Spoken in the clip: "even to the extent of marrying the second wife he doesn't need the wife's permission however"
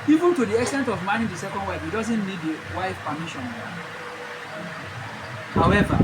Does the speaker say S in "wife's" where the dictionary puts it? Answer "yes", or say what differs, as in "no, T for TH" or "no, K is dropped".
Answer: no, S is dropped